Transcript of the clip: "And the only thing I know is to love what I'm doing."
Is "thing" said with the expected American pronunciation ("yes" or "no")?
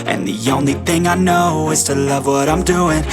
yes